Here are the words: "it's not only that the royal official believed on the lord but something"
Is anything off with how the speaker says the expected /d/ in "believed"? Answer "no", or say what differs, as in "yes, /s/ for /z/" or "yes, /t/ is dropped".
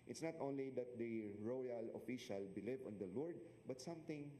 yes, /d/ is dropped